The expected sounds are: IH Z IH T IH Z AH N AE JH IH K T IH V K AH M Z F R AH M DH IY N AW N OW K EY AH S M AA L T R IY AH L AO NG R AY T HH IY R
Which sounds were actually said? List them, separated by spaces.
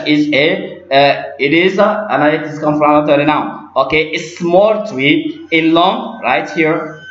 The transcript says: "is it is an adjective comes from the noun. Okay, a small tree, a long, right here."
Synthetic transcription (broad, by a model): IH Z IH T IH Z AH N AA IH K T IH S K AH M F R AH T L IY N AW OW K EY AH S M AA L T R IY AH L AO NG R AY T HH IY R